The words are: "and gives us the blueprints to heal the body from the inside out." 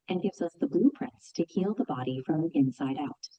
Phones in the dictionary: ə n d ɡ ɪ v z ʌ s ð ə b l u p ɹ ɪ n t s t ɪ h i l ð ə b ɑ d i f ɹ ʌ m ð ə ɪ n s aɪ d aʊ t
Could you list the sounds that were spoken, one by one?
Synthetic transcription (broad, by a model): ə n ɡ ɪ v z ʌ s ð ə b l u p ɹ ɪ n t s t ɪ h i l ð ə b ɑ d i f ɹ ʌ m ɪ n s aɪ d aʊ t